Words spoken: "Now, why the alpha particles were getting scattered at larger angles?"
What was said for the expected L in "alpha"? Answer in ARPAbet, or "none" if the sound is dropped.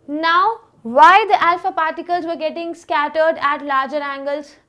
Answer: L